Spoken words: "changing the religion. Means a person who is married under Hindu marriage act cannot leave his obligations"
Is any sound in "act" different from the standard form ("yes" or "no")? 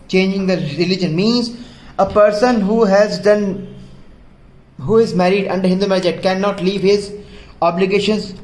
yes